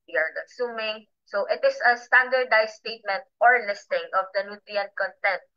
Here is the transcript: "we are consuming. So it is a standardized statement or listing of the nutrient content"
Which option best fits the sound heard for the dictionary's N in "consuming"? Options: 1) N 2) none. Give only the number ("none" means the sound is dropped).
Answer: 2